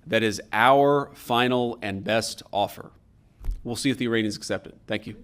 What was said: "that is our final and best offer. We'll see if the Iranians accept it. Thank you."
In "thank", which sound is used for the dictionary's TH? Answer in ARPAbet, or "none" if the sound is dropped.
TH